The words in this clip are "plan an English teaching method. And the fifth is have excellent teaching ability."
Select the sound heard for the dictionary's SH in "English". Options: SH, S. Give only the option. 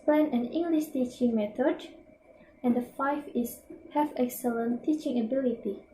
SH